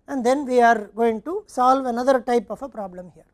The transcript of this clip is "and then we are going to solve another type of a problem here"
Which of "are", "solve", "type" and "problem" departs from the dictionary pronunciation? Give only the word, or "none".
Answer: none